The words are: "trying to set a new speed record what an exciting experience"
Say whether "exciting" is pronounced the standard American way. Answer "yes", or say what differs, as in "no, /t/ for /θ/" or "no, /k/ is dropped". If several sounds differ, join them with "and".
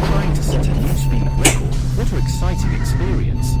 yes